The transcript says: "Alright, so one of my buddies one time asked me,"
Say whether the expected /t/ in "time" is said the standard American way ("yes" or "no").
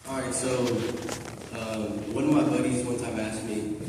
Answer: no